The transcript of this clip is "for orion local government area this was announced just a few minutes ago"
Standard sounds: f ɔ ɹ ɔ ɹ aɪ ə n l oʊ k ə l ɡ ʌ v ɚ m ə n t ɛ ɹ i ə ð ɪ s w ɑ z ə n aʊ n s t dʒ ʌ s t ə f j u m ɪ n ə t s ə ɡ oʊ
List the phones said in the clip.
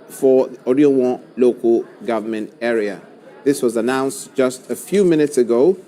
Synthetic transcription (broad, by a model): f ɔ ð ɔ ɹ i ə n l oʊ k ə l ɡ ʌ v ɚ m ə n t ɛ ɹ i ə ð ɪ s w ɑ z ə n aʊ n s t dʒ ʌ s t ə f j u m ɪ n ə t s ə ɡ oʊ